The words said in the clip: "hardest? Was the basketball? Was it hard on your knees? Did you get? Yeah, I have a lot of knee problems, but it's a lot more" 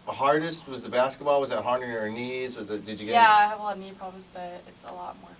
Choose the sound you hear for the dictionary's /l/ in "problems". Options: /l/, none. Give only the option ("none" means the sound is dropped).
none